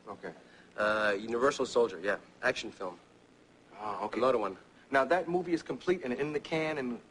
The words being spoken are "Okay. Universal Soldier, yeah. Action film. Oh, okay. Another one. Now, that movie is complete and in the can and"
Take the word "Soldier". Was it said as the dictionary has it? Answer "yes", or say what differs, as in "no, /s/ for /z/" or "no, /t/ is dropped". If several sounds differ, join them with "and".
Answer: yes